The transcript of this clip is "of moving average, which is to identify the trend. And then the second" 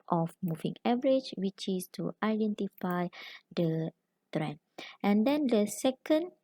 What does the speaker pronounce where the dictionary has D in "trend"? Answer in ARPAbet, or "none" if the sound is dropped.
none